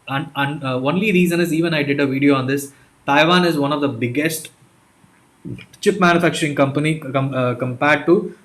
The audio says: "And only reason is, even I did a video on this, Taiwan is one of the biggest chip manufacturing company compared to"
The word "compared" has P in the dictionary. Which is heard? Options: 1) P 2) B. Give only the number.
1